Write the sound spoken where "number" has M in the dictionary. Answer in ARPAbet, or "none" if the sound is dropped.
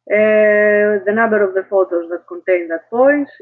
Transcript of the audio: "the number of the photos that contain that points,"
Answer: none